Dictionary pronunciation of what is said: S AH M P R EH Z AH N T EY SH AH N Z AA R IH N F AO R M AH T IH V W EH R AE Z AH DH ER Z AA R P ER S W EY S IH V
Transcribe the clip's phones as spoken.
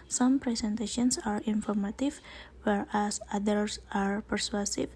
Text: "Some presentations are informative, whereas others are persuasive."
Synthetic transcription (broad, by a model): S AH M P R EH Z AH N T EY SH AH N S AA R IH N F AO R M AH T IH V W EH R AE S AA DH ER S AA R P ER S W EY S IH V